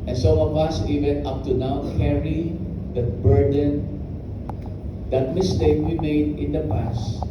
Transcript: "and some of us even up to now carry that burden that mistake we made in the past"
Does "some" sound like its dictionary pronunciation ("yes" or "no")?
no